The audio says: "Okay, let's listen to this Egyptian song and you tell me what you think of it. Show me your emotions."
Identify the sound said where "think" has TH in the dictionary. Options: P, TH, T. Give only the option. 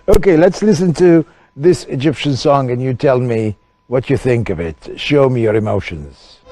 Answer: TH